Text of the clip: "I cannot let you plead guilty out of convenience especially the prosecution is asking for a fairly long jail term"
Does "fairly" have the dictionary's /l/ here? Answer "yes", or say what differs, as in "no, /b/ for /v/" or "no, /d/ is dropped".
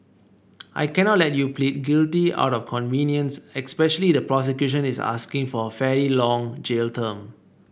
no, /l/ is dropped